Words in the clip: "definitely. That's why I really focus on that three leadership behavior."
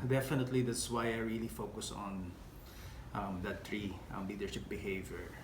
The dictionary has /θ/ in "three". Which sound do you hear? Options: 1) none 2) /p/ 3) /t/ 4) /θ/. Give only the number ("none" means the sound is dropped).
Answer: 3